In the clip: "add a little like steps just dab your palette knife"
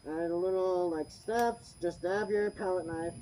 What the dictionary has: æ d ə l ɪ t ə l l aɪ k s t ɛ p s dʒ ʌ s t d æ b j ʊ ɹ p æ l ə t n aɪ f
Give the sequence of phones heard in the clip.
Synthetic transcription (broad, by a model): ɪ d ə l ɪ t l l aɪ k s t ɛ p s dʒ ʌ s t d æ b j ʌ ɹ p æ l ə t n aɪ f